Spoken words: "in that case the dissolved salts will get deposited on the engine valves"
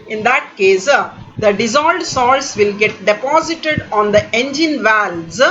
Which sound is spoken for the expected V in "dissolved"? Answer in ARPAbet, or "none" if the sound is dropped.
none